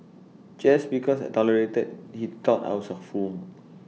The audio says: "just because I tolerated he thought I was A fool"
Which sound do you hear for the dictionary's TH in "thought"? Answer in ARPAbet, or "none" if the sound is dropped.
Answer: T